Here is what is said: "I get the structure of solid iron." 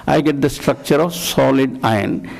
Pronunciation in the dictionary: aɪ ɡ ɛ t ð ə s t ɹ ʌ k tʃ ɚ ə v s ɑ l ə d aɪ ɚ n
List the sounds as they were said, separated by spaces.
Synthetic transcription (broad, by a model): aɪ ɡ ɛ t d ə s t ɹ ʌ k tʃ ɚ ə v s ɑ l ə d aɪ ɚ n